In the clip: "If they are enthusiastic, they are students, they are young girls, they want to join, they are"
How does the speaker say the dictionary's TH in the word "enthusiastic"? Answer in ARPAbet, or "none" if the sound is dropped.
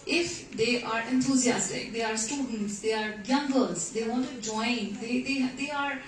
T